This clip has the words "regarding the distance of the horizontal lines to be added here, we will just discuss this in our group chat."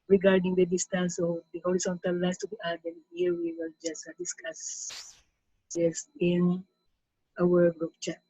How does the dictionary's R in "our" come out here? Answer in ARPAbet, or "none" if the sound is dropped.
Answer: W